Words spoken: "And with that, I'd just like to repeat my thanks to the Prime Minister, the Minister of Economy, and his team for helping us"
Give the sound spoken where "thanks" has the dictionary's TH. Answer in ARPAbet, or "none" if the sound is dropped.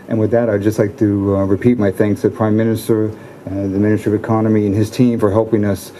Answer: TH